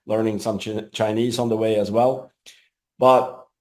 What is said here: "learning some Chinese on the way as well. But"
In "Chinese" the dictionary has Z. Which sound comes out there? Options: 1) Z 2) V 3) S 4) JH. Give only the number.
1